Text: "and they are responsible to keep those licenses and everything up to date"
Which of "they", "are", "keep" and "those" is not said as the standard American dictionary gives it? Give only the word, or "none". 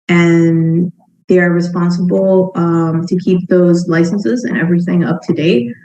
none